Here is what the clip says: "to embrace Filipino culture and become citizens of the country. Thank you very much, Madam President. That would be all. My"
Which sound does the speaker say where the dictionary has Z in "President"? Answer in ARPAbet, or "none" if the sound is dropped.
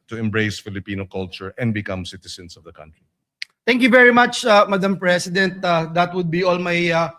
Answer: S